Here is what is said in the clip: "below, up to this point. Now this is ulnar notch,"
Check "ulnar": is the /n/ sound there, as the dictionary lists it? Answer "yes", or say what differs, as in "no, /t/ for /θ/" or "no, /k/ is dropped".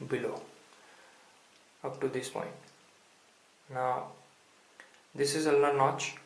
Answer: no, /n/ is dropped